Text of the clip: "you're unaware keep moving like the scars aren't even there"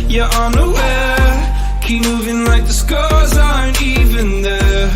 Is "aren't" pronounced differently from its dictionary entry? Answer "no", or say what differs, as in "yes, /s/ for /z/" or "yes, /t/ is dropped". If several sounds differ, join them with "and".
yes, /ɹ/ is dropped